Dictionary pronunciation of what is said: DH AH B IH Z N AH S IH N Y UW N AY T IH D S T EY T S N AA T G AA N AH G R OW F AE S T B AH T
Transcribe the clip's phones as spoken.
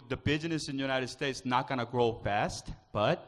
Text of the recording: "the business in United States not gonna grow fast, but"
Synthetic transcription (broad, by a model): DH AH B IH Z N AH S IH N Y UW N AY T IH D S T EY T S N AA T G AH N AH G R OW F AE S T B AH T